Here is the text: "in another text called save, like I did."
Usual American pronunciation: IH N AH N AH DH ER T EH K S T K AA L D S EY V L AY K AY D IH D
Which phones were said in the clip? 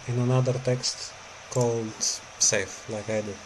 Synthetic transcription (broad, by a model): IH N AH N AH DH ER T EH K S T K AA L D S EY F L AY K AY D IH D